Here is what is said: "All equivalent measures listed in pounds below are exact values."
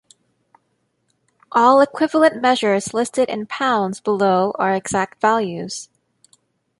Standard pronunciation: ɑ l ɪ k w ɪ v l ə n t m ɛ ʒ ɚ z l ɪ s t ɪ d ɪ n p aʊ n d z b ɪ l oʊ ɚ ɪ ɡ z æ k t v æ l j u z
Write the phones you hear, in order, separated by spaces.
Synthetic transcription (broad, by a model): ɑ l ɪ k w ɪ v l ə n m ɛ ʒ ɚ z l ɪ s t ɪ d ɪ n p aʊ n d z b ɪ l oʊ ɚ ɪ ɡ z æ k t v æ l j u z